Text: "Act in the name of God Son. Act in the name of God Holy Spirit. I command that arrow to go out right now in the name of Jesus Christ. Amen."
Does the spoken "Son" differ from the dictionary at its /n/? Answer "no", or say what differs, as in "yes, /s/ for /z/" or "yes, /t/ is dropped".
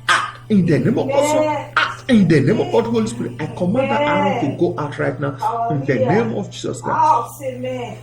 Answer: yes, /n/ is dropped